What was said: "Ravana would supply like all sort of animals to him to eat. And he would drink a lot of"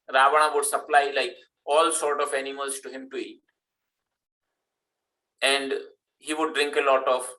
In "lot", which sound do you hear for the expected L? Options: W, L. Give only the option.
L